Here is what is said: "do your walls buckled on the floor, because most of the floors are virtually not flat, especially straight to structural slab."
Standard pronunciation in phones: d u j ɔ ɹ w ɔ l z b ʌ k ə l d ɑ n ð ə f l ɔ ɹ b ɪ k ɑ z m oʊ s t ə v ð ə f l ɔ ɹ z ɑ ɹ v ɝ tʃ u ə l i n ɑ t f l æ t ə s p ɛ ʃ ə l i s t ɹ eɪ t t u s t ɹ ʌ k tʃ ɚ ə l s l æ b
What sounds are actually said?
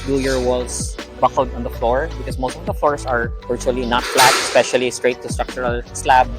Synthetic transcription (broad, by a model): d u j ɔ ɹ w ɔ l s b ʌ k ə l d ɑ n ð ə f l ɔ ɹ b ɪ k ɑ s m oʊ s t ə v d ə f l ɔ ɹ s ɑ ɹ v ɝ tʃ u ə l i n ɑ t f l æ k ə s p ɛ ʃ ə l i s t ɹ eɪ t t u s t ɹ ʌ k tʃ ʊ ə l s l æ b